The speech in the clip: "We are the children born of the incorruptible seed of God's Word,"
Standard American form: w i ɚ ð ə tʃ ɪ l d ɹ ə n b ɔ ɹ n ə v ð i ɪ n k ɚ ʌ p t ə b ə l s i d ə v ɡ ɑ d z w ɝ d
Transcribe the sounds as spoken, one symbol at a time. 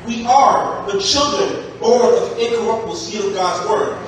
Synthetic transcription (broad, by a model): w i ɚ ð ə tʃ ɪ l d ɹ ə n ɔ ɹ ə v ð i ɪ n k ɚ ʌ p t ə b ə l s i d ə v ɡ ɑ d z w ɝ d